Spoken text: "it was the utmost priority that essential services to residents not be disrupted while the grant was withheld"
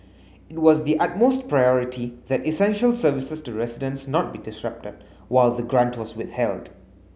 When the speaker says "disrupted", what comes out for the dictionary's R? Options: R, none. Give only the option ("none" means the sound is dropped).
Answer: R